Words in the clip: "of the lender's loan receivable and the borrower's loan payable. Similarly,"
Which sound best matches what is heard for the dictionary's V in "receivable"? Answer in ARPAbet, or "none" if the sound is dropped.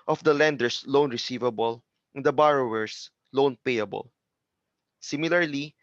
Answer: V